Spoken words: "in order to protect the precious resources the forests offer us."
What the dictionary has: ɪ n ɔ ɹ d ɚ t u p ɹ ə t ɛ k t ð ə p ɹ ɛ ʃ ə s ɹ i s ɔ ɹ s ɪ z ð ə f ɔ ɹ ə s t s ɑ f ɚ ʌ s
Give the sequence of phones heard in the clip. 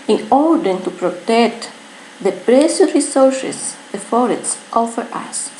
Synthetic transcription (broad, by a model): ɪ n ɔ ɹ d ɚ t u p ɹ ə t ɛ k t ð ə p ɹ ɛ s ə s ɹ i s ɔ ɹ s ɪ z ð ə f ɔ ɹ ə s t ɑ f ɚ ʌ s